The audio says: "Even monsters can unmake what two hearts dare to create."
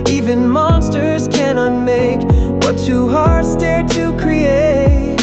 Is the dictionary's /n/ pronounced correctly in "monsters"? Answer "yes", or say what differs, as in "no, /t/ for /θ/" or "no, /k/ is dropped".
yes